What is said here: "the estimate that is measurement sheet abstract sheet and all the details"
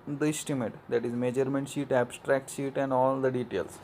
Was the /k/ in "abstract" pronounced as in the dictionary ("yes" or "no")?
yes